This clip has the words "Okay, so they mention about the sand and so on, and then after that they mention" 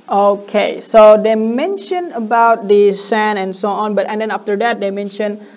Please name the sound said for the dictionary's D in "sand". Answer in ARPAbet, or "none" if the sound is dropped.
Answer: none